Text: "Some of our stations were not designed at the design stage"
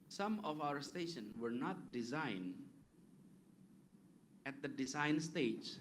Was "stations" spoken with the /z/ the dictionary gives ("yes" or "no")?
no